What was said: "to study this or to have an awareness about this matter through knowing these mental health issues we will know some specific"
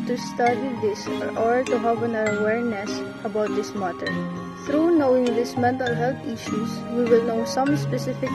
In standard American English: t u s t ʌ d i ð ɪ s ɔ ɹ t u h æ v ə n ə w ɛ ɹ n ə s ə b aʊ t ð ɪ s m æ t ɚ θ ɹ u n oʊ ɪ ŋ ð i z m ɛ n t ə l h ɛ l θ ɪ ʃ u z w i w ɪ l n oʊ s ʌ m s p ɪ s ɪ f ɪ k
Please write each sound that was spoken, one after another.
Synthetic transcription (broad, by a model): t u s t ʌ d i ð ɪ s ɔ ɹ t u h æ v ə n ə w ɛ ɹ n ə s ə b aʊ t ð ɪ s m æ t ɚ θ ɹ u n oʊ ɪ ŋ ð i s m ɛ n t ə l h ɛ l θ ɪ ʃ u s w i w ɪ l n oʊ s ʌ m s p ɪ s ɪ f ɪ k